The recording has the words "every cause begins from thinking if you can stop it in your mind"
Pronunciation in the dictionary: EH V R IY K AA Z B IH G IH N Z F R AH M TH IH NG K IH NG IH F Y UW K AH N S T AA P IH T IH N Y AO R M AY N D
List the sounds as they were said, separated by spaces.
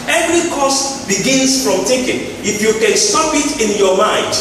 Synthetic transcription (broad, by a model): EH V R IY K AA S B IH G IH N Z F R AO M T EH K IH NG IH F Y UW K AH N S T AA P IH T IH N Y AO M AY N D